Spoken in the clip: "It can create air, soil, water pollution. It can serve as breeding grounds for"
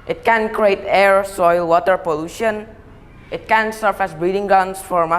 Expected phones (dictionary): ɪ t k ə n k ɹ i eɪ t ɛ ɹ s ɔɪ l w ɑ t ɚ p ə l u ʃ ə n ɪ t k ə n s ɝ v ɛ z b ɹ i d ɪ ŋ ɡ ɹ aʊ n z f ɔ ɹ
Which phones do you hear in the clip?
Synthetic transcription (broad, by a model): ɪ t k ə n k ɹ i eɪ t ɛ ɹ s ɔɪ l w ɑ t ɚ p ə l u ʃ ə n ɪ t k ə n s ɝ f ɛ s b ɹ i d ɪ ŋ ɡ aʊ n s f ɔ ɹ